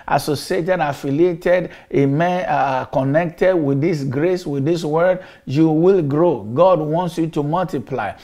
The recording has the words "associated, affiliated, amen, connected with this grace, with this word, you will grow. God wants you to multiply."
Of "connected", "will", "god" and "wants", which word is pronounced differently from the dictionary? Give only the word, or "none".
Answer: none